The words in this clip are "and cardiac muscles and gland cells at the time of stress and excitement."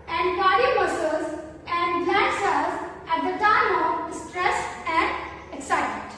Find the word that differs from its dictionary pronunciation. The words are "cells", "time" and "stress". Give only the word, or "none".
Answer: cells